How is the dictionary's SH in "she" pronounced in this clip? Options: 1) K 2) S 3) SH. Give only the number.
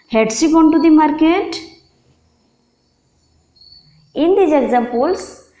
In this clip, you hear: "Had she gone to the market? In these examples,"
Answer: 2